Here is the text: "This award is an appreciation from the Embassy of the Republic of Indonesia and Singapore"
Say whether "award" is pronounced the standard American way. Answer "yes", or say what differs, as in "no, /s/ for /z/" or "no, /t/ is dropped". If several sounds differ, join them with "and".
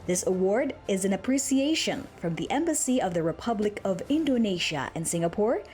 yes